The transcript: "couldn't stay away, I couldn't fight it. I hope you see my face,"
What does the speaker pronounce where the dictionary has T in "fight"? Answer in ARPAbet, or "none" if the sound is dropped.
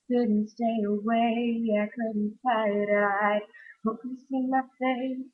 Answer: none